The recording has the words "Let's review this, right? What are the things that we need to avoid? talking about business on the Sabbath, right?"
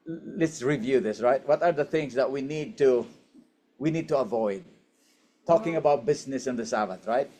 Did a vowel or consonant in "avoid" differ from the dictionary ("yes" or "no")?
no